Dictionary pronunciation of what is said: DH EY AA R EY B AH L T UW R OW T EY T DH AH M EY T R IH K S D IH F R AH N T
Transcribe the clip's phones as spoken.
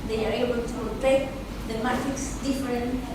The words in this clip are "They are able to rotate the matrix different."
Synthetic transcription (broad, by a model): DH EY AA R EY B AH L T UW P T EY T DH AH M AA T IH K S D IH F R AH N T